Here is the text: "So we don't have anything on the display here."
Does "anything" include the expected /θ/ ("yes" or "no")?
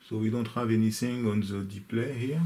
no